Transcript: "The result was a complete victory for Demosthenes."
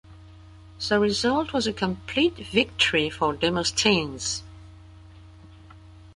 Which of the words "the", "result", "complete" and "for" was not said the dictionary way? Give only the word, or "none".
none